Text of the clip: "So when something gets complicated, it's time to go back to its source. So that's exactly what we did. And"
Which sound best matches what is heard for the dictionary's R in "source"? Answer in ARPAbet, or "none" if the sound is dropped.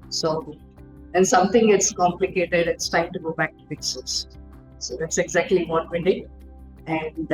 L